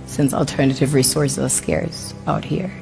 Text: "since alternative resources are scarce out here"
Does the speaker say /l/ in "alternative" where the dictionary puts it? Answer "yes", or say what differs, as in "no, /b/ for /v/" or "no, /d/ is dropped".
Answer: yes